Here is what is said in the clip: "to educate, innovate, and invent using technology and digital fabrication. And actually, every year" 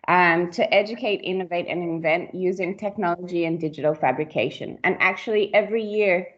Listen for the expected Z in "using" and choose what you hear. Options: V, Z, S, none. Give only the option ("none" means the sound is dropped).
Z